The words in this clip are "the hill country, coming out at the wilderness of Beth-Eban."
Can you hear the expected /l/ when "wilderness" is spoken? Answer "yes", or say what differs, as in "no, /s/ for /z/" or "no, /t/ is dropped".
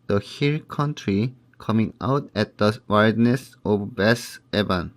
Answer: no, /l/ is dropped